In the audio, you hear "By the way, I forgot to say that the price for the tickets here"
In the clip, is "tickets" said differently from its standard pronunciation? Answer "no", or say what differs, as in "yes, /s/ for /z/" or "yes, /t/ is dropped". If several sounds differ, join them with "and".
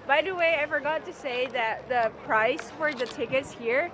no